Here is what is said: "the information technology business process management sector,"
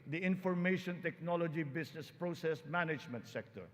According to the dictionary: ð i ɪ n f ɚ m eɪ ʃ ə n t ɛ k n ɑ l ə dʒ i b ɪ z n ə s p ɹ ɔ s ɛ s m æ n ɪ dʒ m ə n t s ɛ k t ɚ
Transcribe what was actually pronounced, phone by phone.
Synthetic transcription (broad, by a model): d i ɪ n f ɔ m eɪ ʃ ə n t ɛ k n ɑ l ə dʒ i b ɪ s n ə s p ɹ ɔ s ɛ s m æ n ɪ dʒ m ə n t s ɛ k t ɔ